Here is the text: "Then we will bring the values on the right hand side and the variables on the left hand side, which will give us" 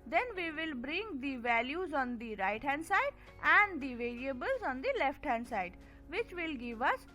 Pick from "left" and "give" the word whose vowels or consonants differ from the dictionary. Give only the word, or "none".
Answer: none